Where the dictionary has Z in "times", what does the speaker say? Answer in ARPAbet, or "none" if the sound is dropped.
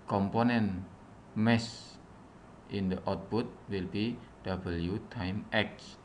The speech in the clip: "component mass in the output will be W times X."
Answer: none